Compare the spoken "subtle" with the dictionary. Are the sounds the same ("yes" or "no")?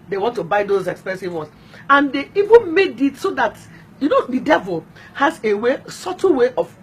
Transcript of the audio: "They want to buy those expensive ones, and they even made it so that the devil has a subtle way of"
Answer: no